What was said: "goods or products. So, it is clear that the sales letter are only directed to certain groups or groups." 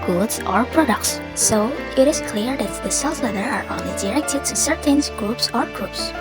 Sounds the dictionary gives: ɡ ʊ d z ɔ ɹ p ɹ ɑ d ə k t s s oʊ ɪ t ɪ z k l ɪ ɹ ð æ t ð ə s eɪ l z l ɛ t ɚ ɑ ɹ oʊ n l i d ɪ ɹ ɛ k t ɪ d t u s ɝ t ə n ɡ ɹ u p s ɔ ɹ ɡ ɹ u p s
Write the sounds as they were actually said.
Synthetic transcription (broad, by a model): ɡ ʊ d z ɔ ɹ p ɹ ɑ d ə k t s s oʊ ɪ t ɪ z k l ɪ ɹ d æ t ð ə s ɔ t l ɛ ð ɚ ɑ ɹ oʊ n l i d ɪ ɹ ɛ k t ɪ d t u s ɝ t ə n ɡ ɹ u p s ɔ ɹ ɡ ɹ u p s